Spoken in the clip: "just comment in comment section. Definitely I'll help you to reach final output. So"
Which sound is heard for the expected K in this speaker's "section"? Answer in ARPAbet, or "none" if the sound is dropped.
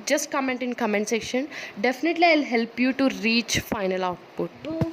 K